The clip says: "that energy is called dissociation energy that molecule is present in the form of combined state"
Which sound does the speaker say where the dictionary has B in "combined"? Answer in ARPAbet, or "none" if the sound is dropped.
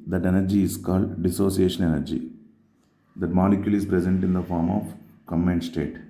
none